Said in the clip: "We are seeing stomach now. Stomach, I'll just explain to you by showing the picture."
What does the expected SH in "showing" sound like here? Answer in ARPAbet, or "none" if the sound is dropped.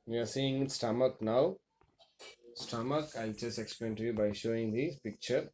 SH